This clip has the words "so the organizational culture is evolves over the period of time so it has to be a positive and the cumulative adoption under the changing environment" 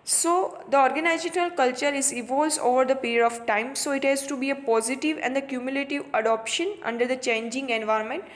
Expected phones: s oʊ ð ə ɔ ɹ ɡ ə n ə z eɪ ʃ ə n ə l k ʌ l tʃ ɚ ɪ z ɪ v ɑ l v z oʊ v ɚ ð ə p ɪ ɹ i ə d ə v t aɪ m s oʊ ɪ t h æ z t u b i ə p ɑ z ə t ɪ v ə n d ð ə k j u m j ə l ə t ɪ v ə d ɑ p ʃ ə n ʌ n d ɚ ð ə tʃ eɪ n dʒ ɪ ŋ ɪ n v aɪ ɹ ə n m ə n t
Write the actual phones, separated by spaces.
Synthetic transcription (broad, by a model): s oʊ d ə ɔ ɹ ɡ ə n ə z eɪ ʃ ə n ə l k ʌ l tʃ ɚ ɪ z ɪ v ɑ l z oʊ v ɚ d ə p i ɹ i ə d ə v t aɪ m s oʊ ɪ t h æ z t u b i ə p ɑ z ə t ɪ v ə n d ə k j u m j ə l ə t ɪ v ə d ɑ p ʃ ə n ʌ n d ɚ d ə tʃ eɪ n dʒ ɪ ŋ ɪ n v aɪ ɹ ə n m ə n t